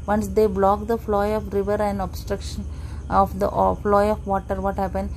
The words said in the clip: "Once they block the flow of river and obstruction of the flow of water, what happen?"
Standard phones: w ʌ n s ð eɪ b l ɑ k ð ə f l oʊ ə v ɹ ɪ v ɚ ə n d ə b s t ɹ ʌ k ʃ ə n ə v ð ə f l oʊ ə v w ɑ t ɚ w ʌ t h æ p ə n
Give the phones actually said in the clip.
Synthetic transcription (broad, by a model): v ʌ n s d eɪ b l ɑ k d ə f l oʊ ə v ɹ ɪ v ɚ ə n d ə b s t ɹ ʌ k ʃ ə n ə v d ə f l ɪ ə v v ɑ t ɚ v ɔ t h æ p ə n